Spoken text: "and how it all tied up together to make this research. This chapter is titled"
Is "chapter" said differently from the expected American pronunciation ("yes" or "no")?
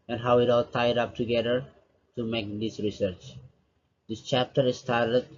no